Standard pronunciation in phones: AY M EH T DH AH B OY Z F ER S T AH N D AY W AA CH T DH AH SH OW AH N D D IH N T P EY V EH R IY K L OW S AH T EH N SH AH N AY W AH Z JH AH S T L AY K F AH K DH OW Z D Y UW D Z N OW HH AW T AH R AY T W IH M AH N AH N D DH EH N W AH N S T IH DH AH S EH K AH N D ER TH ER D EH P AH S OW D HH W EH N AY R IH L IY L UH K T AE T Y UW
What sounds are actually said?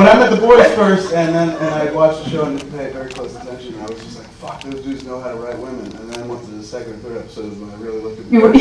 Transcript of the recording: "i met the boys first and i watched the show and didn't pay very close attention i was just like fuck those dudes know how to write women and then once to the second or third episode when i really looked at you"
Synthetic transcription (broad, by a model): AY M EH T DH AH B OY Z F ER S T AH N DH AY W AA CH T DH AH SH OW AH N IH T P EY V EH R IY K L OW S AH T EH N SH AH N AY W AH Z JH AH S T L AY K F AH K DH OW Z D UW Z N OW HH AW T AH R AY T W IH M AH N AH N DH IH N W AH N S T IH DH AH S EH K AH N D ER TH ER D EH P AH S OW D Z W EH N AY R IH L IY L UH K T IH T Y